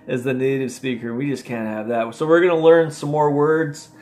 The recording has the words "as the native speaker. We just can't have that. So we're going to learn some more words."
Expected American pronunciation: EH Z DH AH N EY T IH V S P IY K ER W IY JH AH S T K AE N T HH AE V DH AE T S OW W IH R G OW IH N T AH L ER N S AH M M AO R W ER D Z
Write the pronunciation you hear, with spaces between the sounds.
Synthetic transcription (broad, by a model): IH Z DH AH N EY T IH V S P IY K ER W IY JH AH S K AE N T HH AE V DH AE T S OW W IH R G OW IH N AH L ER N S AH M M AO R W ER D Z